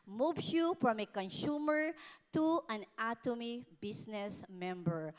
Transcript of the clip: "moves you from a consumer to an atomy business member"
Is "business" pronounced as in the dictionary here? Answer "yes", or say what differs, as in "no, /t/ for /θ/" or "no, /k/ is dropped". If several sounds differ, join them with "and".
no, /s/ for /z/